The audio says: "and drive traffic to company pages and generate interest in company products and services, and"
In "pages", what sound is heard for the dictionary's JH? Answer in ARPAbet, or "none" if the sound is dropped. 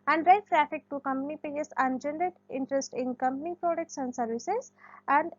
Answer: none